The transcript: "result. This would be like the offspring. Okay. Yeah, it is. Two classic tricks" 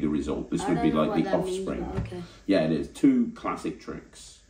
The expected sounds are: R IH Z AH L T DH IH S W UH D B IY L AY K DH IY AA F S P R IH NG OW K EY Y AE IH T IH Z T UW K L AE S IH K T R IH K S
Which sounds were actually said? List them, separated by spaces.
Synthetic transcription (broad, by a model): R IH Z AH L T DH IH S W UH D B IY L AY K DH IY AA F S P R IH NG Y AE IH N IH Z T UW K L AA S IH K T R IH K S